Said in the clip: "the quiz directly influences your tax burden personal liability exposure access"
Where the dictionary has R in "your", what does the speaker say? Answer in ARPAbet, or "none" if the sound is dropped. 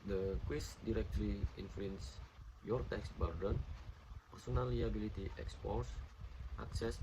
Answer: R